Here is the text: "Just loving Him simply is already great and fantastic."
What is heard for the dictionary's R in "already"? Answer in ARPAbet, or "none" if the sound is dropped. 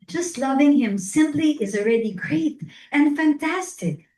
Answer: R